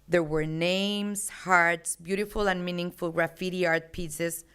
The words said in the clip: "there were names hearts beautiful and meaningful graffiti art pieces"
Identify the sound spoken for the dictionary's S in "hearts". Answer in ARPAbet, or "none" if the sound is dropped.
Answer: S